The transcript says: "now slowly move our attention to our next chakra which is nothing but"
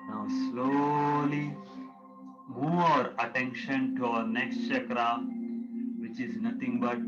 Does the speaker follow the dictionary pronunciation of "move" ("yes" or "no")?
no